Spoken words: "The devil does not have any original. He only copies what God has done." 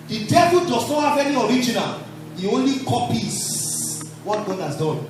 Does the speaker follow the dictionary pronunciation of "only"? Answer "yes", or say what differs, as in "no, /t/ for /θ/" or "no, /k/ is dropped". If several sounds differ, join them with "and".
yes